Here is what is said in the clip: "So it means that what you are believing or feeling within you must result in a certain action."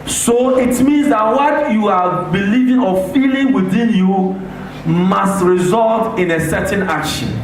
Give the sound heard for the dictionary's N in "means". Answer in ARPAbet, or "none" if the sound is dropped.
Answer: N